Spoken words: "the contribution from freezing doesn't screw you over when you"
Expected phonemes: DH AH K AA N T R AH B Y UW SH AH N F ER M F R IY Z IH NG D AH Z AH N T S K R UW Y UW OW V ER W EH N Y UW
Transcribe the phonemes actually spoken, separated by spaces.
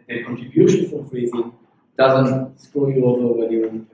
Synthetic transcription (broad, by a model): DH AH K AA N T R AH B Y UW SH AH N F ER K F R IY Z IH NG D AH Z AH N T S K AO Y UW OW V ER W EH N Y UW